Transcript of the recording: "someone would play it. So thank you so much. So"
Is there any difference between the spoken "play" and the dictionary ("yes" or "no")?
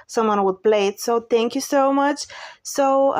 yes